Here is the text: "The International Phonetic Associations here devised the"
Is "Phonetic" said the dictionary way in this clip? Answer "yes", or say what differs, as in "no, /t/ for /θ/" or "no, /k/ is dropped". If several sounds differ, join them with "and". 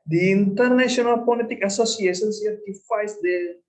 no, /p/ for /f/ and /l/ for /n/